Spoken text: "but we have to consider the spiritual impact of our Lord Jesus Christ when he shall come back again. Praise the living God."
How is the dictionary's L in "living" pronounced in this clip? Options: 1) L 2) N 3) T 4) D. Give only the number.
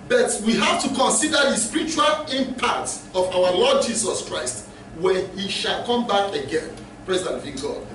2